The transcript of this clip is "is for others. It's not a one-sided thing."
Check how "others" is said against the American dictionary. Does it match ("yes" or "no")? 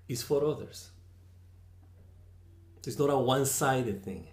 no